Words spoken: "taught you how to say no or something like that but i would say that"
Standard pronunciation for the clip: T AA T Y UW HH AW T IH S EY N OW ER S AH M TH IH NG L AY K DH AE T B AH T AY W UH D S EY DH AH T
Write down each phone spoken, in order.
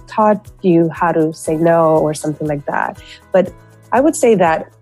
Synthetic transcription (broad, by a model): T AA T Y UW HH AW T IH S EY N OW ER S AH M TH IH NG L AY K DH AE T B AH T AY W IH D S EY DH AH T